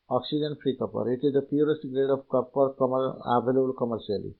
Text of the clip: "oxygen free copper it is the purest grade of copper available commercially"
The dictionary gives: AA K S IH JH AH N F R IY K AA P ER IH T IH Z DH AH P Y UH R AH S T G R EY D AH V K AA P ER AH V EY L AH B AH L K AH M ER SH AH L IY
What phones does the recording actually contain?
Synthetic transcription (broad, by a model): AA K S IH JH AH N P R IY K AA P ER IH T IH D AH P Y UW R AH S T G R EY D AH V K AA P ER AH B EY L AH AH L K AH M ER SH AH L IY